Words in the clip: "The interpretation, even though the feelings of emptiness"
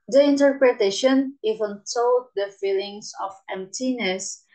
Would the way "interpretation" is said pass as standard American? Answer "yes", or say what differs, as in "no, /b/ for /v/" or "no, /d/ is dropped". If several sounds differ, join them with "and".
yes